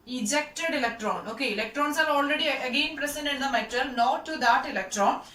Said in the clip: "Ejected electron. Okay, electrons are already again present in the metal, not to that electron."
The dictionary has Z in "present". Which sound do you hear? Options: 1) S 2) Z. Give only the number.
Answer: 1